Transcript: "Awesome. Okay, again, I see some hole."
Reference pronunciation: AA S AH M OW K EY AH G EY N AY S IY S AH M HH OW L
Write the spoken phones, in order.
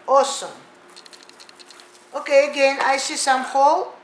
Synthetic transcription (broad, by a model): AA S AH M OW K EY AH G EY N AY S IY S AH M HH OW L